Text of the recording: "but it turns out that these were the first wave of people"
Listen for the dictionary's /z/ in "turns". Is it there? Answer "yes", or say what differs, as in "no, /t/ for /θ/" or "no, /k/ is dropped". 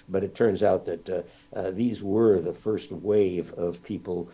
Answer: yes